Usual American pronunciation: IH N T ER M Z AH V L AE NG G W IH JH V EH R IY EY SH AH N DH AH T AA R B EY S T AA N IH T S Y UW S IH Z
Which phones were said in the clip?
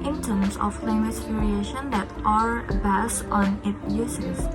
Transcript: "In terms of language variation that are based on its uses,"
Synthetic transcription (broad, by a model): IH N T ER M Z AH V L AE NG G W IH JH P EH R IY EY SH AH N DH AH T AA R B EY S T AA N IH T Y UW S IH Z